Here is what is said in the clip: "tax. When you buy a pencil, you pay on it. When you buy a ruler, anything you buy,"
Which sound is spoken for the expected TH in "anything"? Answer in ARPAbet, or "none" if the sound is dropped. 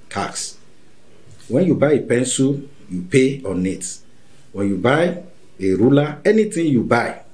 T